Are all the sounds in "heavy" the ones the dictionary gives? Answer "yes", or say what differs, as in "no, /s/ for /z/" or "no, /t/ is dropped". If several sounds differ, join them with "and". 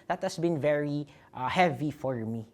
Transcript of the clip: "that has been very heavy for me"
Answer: yes